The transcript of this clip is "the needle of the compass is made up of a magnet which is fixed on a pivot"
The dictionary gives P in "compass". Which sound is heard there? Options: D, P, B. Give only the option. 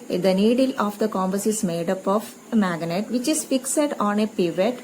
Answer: B